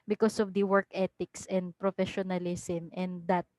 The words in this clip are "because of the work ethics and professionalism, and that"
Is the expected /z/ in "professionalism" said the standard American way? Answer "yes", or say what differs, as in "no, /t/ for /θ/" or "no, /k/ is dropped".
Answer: no, /s/ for /z/